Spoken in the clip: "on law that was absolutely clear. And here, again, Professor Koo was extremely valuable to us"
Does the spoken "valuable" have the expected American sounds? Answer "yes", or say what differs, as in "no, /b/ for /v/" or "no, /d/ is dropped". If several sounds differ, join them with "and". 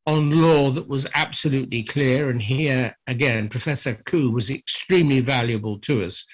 yes